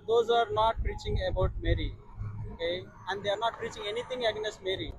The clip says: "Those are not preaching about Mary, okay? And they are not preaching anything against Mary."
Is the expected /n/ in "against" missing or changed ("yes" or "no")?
yes